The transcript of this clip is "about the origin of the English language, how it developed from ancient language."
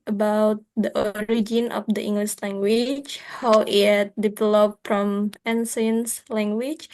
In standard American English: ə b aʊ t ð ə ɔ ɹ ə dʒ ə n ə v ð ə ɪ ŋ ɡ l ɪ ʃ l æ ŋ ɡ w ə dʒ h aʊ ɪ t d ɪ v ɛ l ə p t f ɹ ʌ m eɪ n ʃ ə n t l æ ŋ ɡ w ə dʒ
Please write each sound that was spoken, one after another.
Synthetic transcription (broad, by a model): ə b aʊ t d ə ɔ ɹ ə dʒ ə n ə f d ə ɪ ŋ ɡ l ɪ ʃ l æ ŋ ɡ w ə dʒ h aʊ ɪ t d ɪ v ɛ l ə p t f ɹ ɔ m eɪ n s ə n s l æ ŋ ɡ w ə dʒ